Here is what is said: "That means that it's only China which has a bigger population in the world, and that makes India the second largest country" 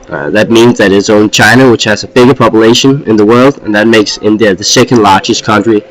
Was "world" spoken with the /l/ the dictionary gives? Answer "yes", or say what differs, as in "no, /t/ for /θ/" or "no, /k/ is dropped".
yes